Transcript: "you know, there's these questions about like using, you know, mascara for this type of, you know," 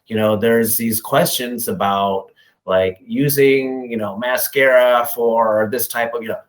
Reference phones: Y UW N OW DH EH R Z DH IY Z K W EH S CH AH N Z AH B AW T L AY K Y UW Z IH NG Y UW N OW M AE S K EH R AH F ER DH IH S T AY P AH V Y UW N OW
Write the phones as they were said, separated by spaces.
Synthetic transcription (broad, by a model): Y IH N OW DH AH R Z DH IY Z K W EH S CH AH N Z AH B AW T L AY K Y UW Z IH NG Y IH N OW M AE S K EH R AH F ER DH IH S T AY P AH V Y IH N OW